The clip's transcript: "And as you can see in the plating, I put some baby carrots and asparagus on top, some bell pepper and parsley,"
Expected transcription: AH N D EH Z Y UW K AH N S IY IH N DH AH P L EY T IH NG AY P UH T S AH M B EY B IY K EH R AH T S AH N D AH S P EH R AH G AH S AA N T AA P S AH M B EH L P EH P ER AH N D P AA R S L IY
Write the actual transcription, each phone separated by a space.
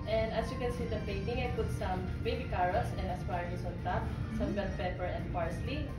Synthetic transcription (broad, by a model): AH N D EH S Y UW K AH N S IY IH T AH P EY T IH NG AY P UH T S AH M B EY B IY K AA R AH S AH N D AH S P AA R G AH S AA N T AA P S AH M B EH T P EH P ER AH N D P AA R S L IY